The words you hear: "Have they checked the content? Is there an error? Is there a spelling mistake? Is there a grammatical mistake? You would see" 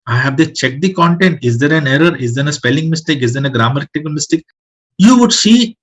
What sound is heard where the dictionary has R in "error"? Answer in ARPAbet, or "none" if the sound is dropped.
R